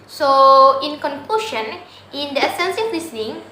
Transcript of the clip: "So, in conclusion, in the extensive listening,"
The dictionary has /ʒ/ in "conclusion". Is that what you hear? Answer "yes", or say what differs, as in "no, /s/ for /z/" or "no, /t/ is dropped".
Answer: no, /ʃ/ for /ʒ/